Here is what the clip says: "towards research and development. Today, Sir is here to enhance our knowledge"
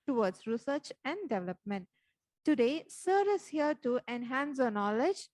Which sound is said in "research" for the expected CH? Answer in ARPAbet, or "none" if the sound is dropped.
CH